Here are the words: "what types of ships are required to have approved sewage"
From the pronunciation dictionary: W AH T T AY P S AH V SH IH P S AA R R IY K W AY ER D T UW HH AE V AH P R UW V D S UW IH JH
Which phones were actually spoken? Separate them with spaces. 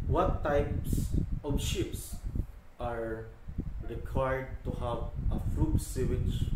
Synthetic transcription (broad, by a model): W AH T T AY P S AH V SH IH P S AA R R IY K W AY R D T UW HH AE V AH F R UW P S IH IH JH